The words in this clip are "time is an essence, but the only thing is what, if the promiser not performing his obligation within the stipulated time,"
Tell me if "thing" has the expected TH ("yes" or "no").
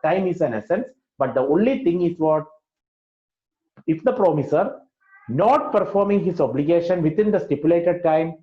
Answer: no